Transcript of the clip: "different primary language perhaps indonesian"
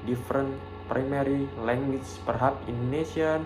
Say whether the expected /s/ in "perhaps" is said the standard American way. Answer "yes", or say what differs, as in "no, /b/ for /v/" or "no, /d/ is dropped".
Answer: no, /s/ is dropped